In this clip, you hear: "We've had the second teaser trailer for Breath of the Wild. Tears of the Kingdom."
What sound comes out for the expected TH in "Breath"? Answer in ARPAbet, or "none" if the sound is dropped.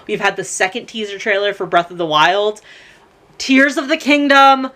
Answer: TH